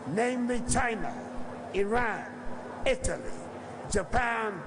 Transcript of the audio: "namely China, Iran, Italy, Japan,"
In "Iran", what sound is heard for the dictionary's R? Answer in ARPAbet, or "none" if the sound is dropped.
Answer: R